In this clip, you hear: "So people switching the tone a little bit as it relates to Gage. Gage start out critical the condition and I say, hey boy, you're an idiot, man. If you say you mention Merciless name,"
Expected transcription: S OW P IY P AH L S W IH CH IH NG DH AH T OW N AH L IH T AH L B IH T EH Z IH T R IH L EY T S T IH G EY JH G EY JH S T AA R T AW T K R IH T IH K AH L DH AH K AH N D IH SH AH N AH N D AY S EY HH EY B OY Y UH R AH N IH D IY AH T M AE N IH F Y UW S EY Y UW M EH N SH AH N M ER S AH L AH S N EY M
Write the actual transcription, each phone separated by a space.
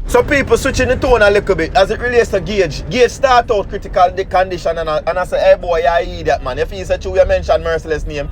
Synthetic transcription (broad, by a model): S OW P IY P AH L S W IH CH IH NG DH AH T OW N AH L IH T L B IH T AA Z IH T R IH L EY T S T IH G EY JH G EY JH S T AA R T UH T K R IH T IH K AH L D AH K AH N D IH SH AH N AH N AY S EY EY B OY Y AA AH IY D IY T M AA N IH F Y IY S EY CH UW M EH N SH AH N M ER S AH L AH S N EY M